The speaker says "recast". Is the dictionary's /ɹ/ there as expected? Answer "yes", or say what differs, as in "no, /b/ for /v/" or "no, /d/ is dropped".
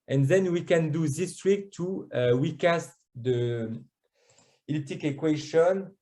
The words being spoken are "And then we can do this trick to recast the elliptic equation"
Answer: no, /w/ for /ɹ/